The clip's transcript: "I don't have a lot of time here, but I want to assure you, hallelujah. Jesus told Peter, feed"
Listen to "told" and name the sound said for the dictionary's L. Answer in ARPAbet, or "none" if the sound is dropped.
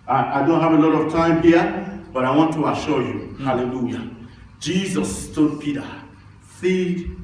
none